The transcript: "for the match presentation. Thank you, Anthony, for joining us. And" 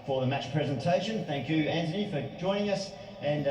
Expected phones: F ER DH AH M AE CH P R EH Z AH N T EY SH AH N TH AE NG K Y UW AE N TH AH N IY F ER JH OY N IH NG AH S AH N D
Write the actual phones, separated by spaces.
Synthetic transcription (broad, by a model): F ER DH AH M AE CH P R EH Z AH N T EY SH AH N TH AE NG K Y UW AE N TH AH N IY F ER JH OY N IH NG AH S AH N